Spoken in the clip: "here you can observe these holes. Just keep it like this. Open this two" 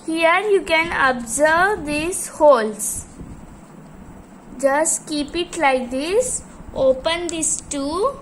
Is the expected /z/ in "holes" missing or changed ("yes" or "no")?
yes